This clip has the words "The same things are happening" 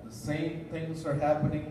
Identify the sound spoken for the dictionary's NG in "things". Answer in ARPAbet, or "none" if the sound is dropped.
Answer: NG